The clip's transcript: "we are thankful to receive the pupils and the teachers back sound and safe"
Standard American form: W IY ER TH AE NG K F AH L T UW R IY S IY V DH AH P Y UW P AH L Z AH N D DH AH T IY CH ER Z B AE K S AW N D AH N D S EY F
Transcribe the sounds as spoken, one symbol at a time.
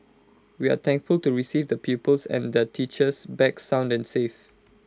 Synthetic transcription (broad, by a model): W IY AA T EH NG K F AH L T UW R IY S IY V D AH P Y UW P AH L S AH N D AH T IY CH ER S B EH K S AW N D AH N S EY F